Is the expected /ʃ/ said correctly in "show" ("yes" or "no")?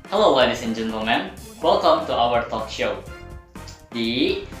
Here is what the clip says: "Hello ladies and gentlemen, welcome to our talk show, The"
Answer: yes